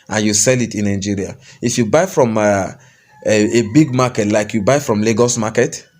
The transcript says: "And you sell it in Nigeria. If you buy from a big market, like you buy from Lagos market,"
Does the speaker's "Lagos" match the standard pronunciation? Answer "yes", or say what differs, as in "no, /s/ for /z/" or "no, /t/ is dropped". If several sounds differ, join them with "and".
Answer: yes